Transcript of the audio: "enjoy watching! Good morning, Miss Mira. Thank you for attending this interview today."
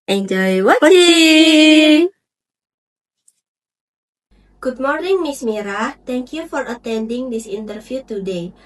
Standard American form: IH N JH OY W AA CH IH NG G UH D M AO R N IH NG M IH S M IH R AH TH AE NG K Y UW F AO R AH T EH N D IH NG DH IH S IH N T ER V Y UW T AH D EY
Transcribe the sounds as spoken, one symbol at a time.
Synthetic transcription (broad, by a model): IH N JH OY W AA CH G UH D M AO R N IH NG M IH S M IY R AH T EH NG K Y UW F AO R AH T EH N D IH NG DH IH S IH N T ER F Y UW T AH D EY